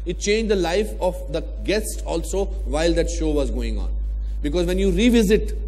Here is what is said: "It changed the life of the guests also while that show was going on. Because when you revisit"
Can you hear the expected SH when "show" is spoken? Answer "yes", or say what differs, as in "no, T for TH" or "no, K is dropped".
yes